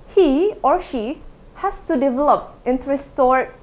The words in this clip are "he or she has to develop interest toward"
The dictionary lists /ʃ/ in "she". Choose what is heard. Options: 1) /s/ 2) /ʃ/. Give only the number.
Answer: 2